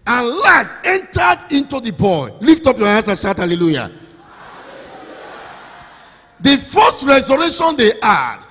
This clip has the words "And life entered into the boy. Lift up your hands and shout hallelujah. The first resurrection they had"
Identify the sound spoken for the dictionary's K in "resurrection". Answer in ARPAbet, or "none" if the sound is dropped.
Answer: none